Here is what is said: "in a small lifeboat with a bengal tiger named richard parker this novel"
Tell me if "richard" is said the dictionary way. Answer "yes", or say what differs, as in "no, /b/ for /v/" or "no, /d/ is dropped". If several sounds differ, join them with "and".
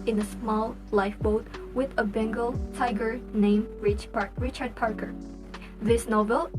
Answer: yes